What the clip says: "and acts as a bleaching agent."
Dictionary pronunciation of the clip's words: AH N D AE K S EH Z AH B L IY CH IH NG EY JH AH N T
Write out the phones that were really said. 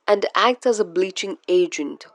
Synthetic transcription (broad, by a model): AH N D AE K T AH Z AH B L IY CH IH NG EY JH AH N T